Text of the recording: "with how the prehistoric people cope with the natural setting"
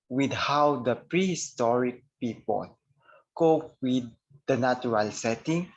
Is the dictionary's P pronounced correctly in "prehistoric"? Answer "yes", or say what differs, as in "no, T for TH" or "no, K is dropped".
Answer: yes